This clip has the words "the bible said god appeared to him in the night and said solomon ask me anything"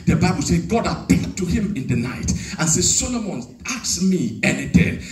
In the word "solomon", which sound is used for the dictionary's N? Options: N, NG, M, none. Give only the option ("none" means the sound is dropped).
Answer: N